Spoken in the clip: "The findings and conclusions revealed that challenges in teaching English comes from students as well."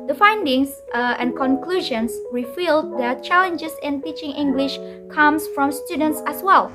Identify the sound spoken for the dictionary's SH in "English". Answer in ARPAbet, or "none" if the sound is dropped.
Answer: SH